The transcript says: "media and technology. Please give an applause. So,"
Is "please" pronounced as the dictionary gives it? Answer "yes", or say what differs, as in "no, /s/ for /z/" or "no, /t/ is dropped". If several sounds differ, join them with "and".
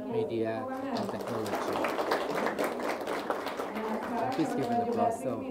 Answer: no, /l/ is dropped